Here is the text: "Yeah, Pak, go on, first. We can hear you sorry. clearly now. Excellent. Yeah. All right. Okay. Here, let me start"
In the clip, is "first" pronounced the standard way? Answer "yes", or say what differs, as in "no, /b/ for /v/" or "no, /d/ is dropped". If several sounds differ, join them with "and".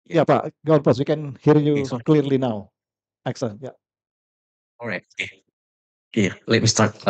no, /p/ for /f/